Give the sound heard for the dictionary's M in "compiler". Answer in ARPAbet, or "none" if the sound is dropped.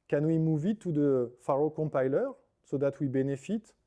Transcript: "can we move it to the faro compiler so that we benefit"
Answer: none